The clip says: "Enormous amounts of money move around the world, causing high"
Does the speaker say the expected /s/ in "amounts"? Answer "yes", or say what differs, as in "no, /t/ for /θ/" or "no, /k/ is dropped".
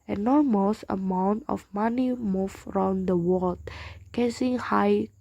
no, /s/ is dropped